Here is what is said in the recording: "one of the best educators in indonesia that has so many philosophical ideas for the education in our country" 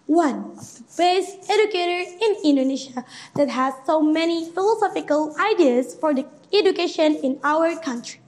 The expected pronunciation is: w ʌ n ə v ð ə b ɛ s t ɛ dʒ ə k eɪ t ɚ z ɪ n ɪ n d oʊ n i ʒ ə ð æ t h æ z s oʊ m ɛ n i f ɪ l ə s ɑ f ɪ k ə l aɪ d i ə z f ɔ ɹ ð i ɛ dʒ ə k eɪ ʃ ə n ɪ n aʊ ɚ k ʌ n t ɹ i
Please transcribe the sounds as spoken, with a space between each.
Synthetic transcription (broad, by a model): w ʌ n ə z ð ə b ɛ s t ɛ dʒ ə k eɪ t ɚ ɪ n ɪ n d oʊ n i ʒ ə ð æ t h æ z s oʊ m ɛ n i f ɪ l ə s ɑ f ɪ k ə l aɪ d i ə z f ɔ ɹ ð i ɛ dʒ ə k eɪ ʃ ə n ɪ n aʊ ɚ k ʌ n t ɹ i